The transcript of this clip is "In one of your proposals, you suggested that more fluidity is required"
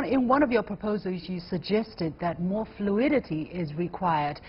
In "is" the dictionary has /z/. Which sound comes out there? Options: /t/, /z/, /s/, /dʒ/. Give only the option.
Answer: /z/